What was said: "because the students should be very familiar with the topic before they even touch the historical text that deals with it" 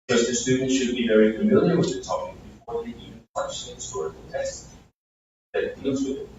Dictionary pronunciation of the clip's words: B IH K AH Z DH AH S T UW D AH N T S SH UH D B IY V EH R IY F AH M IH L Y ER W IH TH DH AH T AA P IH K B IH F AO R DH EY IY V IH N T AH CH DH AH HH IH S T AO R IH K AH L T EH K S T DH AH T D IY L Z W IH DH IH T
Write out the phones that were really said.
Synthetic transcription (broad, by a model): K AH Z DH AH S T UW D N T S SH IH D B IY V EH R IY F AH M IH L Y ER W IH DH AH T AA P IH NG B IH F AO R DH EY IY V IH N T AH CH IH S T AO R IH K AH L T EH S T DH AH T D IY L Z W IH DH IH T